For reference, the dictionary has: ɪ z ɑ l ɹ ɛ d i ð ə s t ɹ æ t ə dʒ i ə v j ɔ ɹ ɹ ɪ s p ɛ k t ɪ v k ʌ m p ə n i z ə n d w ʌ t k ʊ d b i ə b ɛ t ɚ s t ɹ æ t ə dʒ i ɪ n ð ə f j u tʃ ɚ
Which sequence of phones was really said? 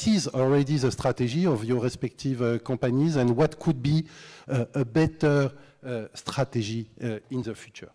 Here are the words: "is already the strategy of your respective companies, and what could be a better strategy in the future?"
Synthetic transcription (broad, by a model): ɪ z ɑ l ɹ ɛ d i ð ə s t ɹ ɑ t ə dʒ i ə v j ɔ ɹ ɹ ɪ s p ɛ k t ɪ v k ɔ p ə n i z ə n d w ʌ t k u d b i ə b ɛ t ɚ s t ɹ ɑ t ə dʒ i ɪ n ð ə f j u tʃ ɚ